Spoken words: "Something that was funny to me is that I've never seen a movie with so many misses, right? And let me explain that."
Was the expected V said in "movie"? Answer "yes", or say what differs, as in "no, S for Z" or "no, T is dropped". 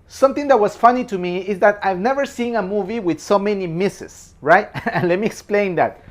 yes